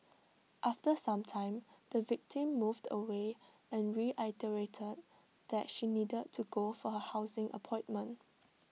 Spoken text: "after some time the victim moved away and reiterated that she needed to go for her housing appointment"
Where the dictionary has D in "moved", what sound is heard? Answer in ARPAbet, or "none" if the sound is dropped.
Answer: D